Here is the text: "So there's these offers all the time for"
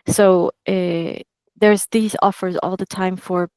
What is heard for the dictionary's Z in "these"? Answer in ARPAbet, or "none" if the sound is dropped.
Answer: Z